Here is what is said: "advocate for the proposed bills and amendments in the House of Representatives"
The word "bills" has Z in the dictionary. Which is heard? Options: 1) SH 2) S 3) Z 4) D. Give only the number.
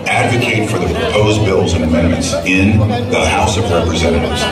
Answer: 3